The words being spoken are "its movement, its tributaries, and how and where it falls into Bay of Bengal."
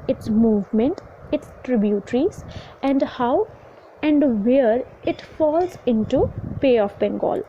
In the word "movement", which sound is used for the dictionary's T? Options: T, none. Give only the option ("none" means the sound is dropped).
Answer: T